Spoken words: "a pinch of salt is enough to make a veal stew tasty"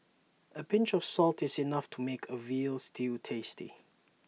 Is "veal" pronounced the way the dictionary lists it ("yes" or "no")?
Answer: yes